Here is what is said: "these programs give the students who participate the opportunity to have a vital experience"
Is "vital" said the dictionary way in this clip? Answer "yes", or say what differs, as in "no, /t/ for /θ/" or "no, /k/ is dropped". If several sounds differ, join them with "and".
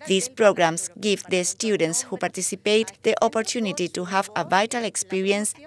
yes